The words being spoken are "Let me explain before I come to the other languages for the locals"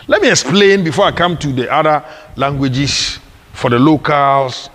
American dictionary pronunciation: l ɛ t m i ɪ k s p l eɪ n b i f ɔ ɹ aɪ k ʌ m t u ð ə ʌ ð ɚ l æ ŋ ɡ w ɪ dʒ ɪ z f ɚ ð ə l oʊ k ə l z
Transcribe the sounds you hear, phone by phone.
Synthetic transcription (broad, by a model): l ɛ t m i ɪ k s p l eɪ n b i f ɔ aɪ k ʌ m t u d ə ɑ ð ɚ l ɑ ŋ ɡ w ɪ dʒ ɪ s f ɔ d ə l oʊ k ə l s